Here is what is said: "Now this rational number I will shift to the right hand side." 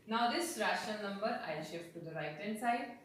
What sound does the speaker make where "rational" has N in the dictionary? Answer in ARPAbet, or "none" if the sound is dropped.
none